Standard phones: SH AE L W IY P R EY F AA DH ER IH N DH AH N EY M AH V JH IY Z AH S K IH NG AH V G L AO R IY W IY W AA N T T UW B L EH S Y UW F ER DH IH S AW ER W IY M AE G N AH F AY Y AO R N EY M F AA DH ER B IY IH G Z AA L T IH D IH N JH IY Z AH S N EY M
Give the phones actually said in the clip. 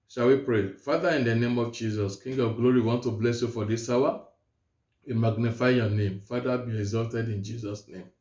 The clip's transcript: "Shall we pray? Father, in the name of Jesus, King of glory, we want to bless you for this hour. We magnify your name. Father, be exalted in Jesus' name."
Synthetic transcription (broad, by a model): SH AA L W IY P R EY F AA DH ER IH N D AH N EY M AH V JH IY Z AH S K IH NG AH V G L AO R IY IY W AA N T T UW B L EH S Y UW F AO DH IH S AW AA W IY M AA G N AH F AY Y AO N EY M F AA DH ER B IY IH G Z AA L T IH D IH N JH IY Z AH S N EY M